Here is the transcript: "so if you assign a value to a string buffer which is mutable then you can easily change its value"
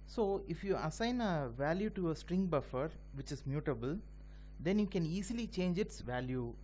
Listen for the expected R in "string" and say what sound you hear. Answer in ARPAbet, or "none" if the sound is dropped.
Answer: R